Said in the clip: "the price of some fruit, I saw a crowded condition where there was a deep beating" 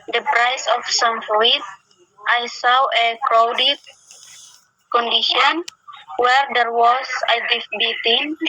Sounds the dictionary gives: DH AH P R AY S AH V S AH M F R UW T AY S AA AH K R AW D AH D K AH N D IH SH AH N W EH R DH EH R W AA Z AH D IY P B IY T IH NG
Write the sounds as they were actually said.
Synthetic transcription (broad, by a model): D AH P R AY S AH F S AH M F L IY T AY S AA AH K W D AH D K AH N D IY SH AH N W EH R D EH R W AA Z AH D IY F B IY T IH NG